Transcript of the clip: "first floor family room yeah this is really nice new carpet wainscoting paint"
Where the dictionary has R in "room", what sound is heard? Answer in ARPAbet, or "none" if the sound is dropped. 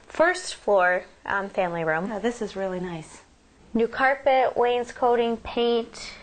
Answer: R